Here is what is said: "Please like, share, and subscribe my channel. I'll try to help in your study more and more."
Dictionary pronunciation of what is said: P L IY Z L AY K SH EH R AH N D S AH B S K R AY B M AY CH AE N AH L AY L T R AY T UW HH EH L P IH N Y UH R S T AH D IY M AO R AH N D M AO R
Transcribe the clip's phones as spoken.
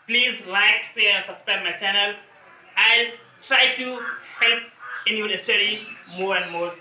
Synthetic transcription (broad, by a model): P L IY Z L AY K S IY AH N S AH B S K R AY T M AY CH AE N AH L AY L T R AY T UW HH EH L P IH N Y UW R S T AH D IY M AO R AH N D M AO R